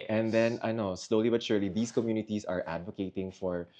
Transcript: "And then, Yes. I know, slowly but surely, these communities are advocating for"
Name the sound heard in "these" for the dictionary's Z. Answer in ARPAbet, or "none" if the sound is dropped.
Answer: S